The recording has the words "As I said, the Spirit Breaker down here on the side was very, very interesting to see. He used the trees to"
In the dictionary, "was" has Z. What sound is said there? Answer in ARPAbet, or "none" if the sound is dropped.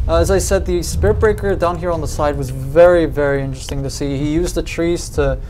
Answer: Z